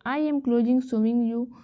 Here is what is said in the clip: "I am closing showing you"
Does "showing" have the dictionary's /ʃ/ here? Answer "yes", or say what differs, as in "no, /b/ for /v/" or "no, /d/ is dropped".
no, /s/ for /ʃ/